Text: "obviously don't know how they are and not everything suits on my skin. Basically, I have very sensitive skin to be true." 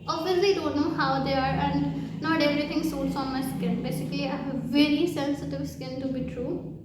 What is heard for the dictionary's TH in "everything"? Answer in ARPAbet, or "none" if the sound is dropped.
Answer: T